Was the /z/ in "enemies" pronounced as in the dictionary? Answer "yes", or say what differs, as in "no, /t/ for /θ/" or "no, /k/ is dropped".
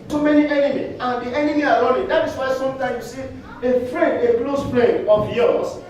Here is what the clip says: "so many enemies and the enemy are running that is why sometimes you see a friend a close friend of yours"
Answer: no, /z/ is dropped